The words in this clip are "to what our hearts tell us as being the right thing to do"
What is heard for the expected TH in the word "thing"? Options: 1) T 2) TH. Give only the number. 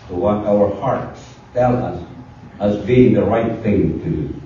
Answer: 2